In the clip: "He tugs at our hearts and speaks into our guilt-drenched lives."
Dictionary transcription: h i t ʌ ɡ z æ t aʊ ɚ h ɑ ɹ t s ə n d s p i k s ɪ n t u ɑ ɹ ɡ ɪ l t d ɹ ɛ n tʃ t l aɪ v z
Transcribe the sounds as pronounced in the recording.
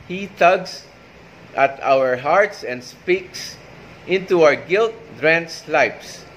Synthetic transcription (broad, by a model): h i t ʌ ɡ s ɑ t aʊ ɚ h ɑ ɹ t s ə n d s p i k s ɪ n t u ɑ ɹ ɡ ɪ l t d ɹ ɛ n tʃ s l aɪ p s